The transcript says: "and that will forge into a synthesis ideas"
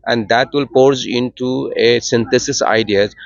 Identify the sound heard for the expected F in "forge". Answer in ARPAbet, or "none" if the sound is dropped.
P